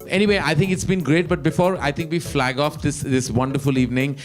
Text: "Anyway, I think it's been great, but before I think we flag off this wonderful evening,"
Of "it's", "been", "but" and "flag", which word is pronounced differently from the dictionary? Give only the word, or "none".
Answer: none